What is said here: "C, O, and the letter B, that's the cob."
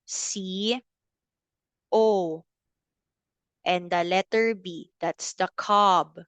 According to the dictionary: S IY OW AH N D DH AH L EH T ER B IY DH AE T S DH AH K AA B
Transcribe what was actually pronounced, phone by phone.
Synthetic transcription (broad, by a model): S IY OW AH N D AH L EH T ER B IY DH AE T S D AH K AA B